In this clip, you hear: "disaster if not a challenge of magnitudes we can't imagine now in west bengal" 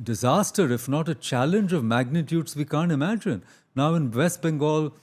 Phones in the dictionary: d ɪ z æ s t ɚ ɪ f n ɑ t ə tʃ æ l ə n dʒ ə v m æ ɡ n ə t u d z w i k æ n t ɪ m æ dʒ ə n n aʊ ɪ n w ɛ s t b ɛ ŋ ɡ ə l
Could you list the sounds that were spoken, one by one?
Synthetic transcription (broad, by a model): d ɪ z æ s t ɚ ɪ f n ɑ t ə tʃ æ l ə n dʒ ə v m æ ɡ n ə t u d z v i k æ n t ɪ m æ dʒ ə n n aʊ ɪ n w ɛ s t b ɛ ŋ ɡ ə l